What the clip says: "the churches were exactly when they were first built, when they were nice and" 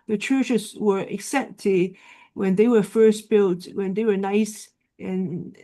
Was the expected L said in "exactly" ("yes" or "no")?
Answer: no